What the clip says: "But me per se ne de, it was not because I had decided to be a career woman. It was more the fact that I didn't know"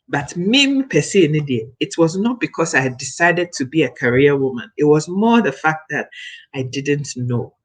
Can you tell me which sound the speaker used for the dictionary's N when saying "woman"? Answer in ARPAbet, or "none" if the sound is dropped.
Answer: N